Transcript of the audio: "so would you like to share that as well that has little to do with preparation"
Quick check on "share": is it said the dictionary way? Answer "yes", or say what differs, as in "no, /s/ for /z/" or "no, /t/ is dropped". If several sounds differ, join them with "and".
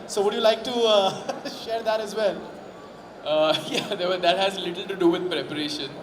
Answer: yes